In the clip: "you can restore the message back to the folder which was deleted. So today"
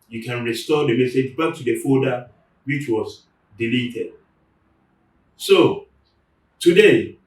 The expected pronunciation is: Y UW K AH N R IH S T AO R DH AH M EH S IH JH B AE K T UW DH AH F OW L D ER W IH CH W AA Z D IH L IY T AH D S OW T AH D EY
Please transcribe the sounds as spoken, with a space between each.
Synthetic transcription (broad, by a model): Y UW K AH N R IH S T AO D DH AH M EH S IH JH B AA K T UW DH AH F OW D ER W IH CH W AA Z D IH L IY T AH D S OW T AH D EY